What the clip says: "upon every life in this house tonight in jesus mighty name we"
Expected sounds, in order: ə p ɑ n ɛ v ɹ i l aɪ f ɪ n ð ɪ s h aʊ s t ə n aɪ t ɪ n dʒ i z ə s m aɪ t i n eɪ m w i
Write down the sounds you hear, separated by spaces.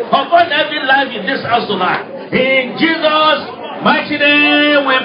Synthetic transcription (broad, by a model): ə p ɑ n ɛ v i l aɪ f ɪ n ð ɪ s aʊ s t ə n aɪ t ɪ n dʒ i z ə s m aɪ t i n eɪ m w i